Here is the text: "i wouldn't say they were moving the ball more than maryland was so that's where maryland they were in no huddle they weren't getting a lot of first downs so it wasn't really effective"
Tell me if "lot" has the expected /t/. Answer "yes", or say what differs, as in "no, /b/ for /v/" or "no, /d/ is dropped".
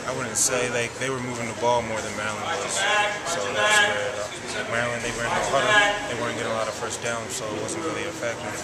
yes